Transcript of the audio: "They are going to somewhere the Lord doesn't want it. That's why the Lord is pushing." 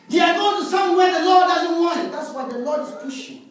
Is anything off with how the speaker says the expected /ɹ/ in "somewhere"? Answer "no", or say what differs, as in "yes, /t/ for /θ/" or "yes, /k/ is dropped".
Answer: yes, /w/ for /ɹ/